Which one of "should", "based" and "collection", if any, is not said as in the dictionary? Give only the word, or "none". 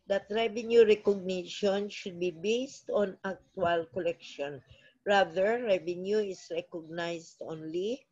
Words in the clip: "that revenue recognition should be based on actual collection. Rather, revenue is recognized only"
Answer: none